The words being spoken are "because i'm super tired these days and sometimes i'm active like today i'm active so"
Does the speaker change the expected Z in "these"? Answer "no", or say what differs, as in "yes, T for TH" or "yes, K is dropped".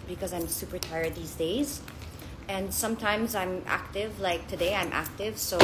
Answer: no